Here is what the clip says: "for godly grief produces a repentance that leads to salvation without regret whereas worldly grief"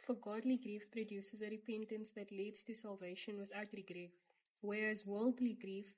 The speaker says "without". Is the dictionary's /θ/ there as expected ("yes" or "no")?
yes